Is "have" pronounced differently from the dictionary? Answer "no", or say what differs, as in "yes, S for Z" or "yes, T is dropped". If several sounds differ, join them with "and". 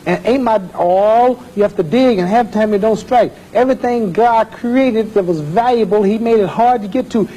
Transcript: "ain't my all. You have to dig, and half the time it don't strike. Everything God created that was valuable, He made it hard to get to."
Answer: yes, F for V